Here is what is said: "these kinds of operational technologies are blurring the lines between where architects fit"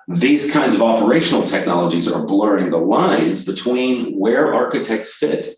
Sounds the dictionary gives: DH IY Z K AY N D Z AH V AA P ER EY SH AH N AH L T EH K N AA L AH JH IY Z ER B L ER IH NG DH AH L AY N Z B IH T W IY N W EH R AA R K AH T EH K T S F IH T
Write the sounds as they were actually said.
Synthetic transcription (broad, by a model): DH IY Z K AY N D Z AH V AA P ER EY SH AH N L T EH K N AA L AH JH IY Z ER B L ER IH NG DH AH L AY N Z B IH T W IY N W EH R AA R K AH T EH K T S F IH T